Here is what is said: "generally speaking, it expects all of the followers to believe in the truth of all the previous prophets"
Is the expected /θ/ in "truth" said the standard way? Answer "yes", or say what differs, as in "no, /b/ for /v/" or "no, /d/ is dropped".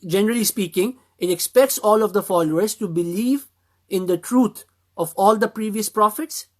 no, /t/ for /θ/